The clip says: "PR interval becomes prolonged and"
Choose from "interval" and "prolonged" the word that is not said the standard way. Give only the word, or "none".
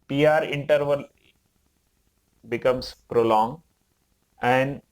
prolonged